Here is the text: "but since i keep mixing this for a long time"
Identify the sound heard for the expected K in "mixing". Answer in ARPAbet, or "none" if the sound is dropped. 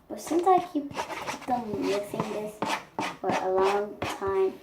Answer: none